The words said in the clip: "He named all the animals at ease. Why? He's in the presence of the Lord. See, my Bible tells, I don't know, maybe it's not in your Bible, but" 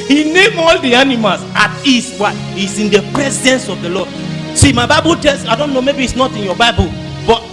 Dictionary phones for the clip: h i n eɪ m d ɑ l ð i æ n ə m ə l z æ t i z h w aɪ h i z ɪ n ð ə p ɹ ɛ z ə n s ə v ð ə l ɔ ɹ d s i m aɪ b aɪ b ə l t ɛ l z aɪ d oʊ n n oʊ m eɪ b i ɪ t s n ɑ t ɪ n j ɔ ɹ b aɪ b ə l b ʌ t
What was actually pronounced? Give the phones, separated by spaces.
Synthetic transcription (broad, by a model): h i n eɪ m ɑ l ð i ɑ n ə m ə l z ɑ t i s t w aɪ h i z ɪ n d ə p ɹ ɛ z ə n s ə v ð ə l ɔ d s i m aɪ b aɪ b ə l t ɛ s aɪ d oʊ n n oʊ m eɪ b i ɪ t s n ɑ t ɪ n j ɔ b aɪ b ə l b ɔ t